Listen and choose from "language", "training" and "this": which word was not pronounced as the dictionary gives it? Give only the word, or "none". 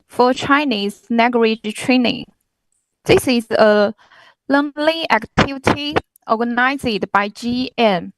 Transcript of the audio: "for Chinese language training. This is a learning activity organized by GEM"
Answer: language